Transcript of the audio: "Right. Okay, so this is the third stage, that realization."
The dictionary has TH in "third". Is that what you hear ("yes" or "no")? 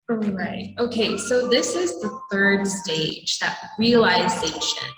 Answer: yes